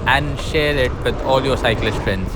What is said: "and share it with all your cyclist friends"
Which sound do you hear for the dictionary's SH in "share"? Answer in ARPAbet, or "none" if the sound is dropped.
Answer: SH